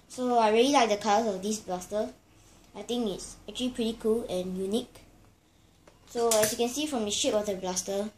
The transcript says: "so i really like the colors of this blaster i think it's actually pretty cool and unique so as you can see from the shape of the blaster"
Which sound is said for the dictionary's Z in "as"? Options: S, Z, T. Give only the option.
S